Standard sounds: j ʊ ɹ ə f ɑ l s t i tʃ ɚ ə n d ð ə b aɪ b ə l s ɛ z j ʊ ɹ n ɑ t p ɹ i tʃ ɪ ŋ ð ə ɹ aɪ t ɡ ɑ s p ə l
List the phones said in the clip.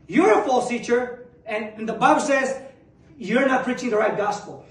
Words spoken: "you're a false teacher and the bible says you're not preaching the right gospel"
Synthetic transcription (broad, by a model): j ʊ ɹ ə f ɑ l s t i tʃ ɚ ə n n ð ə b aɪ b ə l s ɛ z j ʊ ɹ n ɑ t p ɹ i tʃ ɪ ŋ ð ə ɹ aɪ t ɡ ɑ s p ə l